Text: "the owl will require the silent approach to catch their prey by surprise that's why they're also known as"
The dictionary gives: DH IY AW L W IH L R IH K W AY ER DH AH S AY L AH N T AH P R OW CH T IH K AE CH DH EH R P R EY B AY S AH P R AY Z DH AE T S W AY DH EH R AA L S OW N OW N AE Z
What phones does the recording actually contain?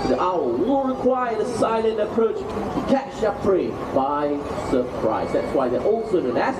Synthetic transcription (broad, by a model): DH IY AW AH W IH L R IH K W AY ER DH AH S AY L AH N T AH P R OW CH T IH K AE CH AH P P R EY B AY S AH P R AY Z DH AE T S W AY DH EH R AA L S OW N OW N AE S